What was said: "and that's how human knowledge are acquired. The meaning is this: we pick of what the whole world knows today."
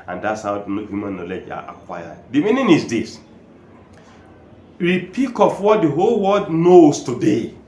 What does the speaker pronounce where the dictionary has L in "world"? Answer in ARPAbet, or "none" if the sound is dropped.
none